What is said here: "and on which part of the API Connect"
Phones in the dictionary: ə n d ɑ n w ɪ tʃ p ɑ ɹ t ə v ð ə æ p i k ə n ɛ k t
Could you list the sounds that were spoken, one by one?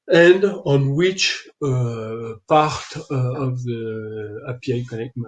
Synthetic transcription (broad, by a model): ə n d ɑ n w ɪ tʃ p ɑ ɹ t ə v ð ə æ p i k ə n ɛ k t